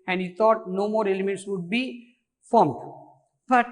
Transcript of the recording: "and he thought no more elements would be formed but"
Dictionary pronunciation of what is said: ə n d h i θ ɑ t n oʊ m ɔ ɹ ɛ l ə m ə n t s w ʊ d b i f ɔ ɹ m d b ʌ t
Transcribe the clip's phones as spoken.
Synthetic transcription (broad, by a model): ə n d h i t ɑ t n oʊ m ɔ ɹ ɛ l ə m ə n t s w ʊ d b i f ɔ ɹ m d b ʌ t